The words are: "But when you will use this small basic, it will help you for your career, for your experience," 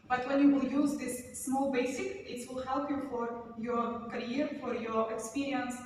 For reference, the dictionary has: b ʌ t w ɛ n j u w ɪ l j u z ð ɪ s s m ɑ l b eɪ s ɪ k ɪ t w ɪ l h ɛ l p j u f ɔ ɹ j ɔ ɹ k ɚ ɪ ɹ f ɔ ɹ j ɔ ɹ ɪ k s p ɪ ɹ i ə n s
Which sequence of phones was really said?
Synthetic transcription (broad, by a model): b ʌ t w ɛ n j u w ɪ l j u z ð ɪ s s m ɑ l b eɪ s ɪ k ɪ t w ɪ l h ɛ l p j u f ɔ ɹ j ɔ ɹ k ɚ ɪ ɹ f ɔ ɹ j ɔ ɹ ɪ k s p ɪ ɹ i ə n s